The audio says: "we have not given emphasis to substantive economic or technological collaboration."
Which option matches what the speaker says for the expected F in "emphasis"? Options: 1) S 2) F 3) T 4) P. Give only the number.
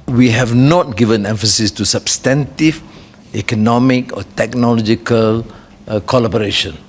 2